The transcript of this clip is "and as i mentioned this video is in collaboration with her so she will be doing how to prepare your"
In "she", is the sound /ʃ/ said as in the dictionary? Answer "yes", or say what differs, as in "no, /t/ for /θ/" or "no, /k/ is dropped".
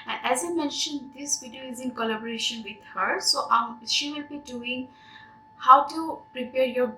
yes